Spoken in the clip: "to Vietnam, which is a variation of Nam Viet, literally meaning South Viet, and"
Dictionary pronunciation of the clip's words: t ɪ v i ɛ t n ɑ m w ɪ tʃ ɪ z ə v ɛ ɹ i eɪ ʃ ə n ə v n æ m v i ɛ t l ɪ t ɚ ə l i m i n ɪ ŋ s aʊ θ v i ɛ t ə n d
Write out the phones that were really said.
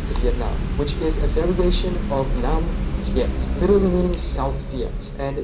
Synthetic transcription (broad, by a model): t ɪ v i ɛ t n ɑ m w ɪ tʃ ɪ z ə v ɛ ɹ i eɪ ʃ ə n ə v n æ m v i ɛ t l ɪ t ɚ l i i s aʊ θ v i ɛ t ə n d